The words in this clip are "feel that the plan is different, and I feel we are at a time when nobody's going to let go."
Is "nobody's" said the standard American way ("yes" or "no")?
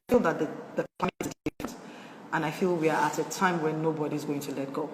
yes